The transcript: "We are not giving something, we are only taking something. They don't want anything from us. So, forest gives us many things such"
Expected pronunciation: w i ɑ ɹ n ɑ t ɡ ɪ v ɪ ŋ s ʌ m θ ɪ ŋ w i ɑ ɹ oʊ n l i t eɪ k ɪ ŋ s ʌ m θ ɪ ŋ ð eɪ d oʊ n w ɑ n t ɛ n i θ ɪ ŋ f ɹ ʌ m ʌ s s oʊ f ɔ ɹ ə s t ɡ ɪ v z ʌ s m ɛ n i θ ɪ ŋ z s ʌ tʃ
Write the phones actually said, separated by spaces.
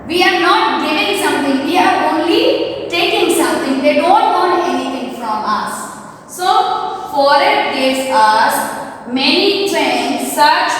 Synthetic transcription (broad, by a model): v i ɑ ɹ n ɑ t ɡ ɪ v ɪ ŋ s ʌ m t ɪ ŋ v i ɑ ɹ oʊ n l i t eɪ k ɪ ŋ s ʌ m t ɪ ŋ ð eɪ d oʊ n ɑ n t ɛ n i t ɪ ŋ f ɹ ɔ m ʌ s s oʊ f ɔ ɹ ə t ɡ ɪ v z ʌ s m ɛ n i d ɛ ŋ s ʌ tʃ